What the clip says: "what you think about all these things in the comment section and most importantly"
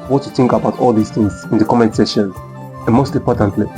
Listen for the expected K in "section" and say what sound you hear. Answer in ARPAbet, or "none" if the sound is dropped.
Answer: none